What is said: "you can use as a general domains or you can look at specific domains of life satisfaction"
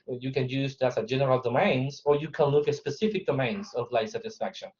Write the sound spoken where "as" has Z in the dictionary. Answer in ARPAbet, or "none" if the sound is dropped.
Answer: S